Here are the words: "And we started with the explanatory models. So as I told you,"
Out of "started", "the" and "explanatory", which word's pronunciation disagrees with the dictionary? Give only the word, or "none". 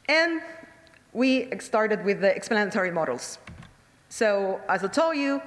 none